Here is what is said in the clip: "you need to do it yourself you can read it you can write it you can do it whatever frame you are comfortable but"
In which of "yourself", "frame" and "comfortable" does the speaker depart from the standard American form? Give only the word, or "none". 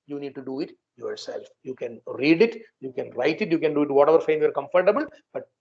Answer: frame